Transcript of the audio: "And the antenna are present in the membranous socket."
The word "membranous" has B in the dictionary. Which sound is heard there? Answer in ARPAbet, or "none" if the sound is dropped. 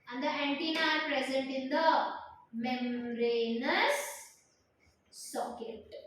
none